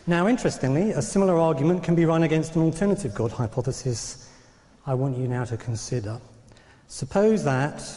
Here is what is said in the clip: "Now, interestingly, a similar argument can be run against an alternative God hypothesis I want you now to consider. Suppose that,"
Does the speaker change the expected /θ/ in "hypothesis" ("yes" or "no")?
no